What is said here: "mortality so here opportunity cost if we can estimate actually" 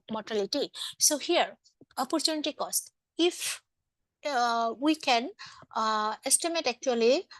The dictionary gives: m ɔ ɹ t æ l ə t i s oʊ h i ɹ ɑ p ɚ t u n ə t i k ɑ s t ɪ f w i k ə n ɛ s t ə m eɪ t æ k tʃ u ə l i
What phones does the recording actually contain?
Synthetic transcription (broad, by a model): m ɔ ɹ t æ l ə t i s oʊ h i ɹ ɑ p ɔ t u n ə t i k ɑ s t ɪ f w i k ə n ɛ s t ə m eɪ t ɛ k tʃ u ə l i